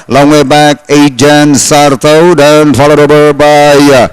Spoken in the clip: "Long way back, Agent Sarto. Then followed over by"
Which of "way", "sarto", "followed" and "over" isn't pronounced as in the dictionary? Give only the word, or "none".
over